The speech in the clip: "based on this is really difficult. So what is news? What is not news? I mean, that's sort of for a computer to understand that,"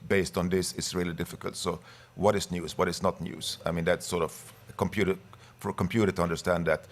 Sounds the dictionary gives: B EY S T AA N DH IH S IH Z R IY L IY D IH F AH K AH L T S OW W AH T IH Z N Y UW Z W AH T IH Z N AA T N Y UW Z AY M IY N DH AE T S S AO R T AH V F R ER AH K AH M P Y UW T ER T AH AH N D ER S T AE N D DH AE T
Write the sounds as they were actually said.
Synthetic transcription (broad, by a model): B EY S T N DH IH S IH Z R IY L IY D IH F AH K AH L T S OW W AH T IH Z N Y UW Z W AH T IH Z N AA T N Y UW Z AY M IY N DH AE T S S AO R T AH V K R ER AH K AH M P Y UW T ER T AH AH N D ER S T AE N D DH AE T